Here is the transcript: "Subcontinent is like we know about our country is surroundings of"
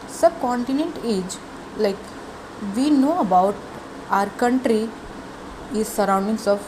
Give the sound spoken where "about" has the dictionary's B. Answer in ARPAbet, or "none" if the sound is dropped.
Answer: B